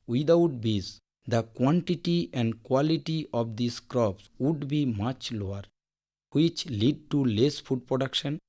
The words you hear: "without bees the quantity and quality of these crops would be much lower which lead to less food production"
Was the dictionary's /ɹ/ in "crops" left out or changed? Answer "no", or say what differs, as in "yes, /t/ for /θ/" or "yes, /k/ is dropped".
no